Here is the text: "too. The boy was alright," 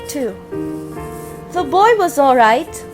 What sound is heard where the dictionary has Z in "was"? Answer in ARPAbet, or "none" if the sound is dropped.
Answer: Z